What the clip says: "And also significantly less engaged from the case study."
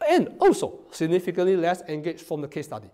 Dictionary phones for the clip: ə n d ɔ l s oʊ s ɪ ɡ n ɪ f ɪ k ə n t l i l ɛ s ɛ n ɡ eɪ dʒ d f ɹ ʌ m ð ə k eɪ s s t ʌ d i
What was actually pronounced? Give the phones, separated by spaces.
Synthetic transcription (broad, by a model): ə n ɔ s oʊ s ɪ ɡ n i f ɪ k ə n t l i l ɛ s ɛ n ɡ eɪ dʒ f ɹ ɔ m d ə k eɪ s s t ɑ d i